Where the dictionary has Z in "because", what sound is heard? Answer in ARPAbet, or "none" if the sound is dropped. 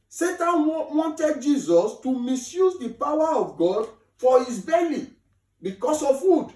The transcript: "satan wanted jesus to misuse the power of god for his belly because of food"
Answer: S